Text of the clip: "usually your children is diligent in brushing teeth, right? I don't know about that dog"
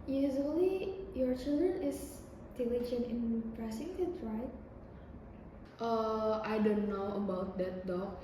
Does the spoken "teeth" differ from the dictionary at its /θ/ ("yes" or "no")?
yes